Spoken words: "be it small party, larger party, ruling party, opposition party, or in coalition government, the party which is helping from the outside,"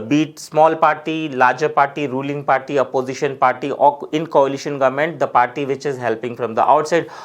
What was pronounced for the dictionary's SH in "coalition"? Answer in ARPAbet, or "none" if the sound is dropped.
SH